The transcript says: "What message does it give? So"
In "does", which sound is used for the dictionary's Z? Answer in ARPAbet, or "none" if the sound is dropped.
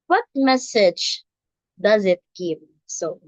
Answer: Z